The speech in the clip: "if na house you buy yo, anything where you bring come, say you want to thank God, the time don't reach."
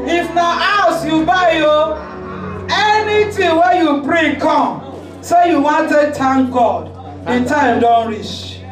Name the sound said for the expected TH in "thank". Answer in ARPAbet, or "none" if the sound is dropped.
T